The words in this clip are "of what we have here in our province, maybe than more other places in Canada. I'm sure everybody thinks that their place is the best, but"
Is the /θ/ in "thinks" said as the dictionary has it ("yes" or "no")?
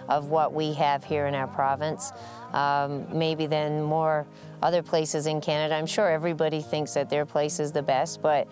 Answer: yes